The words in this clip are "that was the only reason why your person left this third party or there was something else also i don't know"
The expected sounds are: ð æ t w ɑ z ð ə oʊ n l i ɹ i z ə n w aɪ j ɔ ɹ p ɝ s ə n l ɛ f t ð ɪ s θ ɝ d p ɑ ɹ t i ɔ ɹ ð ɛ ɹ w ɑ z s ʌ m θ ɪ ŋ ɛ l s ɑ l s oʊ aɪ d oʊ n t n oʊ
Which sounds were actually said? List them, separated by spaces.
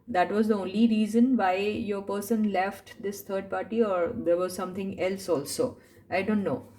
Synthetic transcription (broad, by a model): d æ t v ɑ z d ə oʊ n l i ɹ i z ə n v aɪ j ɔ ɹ p ɝ s ə n l ɛ f t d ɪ s t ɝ d p ɑ ɹ t i ɔ ɹ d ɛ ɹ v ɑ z s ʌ m t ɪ ŋ ɛ l s ɑ l s oʊ aɪ d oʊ n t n oʊ